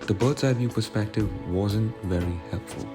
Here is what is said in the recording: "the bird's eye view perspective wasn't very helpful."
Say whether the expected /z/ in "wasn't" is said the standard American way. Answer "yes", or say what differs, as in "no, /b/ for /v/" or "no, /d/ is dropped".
yes